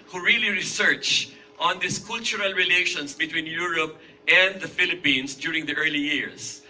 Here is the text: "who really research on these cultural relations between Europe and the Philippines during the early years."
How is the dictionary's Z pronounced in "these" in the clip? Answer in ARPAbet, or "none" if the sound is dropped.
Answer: S